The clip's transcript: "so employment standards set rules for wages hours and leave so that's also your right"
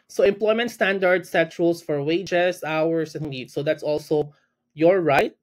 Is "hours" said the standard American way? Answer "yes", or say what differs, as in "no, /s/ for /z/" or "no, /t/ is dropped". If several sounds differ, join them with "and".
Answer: no, /s/ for /z/